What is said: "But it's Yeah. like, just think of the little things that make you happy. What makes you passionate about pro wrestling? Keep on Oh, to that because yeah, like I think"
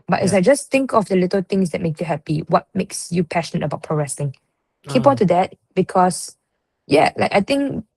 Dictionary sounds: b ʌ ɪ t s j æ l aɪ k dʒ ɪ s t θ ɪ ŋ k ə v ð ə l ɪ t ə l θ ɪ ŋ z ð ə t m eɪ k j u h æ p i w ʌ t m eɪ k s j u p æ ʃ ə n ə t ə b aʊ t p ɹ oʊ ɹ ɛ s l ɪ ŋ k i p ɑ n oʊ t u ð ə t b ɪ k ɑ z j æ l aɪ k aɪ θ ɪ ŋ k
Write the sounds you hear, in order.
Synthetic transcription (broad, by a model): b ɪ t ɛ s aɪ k dʒ ɪ s t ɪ ŋ k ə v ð ə l ɪ t ə l t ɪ ŋ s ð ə t m eɪ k j u h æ p i w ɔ t m eɪ k s j u p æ ʃ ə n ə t ə b aʊ t p ɹ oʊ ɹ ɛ s ɪ ŋ k i p ɑ n t u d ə t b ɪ k ɑ s j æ l aɪ k aɪ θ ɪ ŋ k